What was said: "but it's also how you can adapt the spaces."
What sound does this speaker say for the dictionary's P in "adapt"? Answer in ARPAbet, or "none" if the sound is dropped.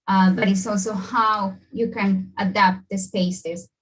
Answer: P